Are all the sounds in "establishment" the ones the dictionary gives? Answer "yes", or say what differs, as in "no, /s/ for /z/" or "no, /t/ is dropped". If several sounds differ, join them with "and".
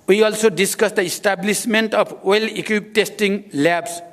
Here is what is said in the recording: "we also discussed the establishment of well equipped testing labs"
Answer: no, /s/ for /ʃ/